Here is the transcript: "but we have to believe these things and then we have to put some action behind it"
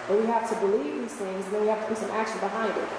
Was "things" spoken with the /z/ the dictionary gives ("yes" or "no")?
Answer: yes